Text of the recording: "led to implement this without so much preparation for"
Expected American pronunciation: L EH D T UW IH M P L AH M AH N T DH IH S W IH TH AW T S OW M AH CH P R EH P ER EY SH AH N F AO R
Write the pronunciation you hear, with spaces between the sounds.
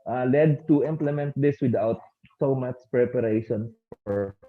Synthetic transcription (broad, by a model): L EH D T UW IH M P L AH M AH N T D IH S W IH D AW T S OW M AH S P R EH P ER EY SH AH N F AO R